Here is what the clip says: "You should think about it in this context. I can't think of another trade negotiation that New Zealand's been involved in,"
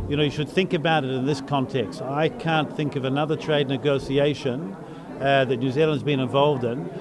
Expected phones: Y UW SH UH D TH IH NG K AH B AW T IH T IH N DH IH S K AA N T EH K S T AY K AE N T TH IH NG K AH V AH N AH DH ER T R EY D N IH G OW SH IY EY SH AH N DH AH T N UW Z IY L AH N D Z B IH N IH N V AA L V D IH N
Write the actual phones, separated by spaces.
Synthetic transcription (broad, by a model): Y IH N UH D TH IH NG K AH B AW T IH T IH N DH IH S K AA N T EH K S T AY K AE N TH IH NG K AH V AH N AH DH ER T R EY D N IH G OW S IY EY SH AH N DH AH T N UW Z IY L AH N D Z B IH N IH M V AA L V D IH N